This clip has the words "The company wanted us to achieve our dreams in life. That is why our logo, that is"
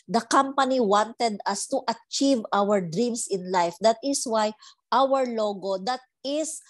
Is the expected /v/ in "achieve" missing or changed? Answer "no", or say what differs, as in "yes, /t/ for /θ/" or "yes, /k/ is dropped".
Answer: no